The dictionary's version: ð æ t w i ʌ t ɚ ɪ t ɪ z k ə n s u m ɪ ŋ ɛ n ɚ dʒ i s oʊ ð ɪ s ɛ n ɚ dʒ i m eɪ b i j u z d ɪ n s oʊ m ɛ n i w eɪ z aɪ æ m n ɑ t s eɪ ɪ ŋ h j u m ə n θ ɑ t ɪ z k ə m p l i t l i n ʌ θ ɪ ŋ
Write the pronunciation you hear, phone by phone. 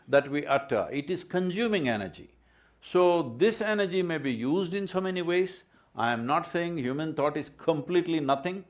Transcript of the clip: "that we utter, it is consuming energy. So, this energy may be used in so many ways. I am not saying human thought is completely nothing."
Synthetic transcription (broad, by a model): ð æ t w i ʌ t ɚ ɪ t ɪ z k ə n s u m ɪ ŋ ɛ n ɚ dʒ i s oʊ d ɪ s ɛ n ɚ dʒ i m eɪ b i j u z d ɪ n s oʊ m ɛ n i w eɪ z aɪ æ m n ɑ t s eɪ ɪ ŋ h j u m ə n t ɑ t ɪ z k ə m p l i t l i n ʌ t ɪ ŋ